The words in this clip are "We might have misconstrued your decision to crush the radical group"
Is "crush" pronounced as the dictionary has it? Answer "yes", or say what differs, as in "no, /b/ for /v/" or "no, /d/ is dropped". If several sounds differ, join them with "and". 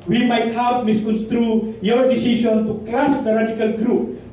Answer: no, /l/ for /ɹ/